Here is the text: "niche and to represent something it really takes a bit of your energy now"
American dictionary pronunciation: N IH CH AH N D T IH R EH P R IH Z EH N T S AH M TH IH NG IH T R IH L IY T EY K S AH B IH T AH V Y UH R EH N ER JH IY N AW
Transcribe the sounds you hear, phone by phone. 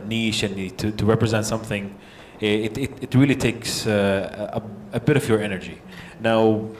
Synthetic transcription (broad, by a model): N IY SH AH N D T IH R EH P R IH Z EH N T S AH M TH IH NG IH T R IH L IY T EY K S AH B IH T AH V Y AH R EH N ER JH IY N AW